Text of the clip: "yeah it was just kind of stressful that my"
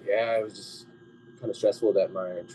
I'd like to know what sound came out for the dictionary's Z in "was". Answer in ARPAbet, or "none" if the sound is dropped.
Z